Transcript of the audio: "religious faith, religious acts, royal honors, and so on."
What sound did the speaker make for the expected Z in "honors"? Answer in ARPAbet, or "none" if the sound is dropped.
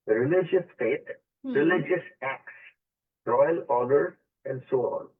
none